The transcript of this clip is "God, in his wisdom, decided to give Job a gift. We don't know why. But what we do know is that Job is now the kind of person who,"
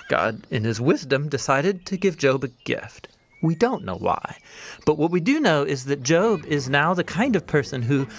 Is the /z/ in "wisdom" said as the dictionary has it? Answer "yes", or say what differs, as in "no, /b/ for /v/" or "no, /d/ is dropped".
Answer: yes